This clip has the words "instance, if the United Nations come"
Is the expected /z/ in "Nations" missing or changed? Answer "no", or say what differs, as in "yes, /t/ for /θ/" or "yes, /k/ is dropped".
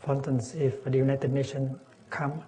yes, /z/ is dropped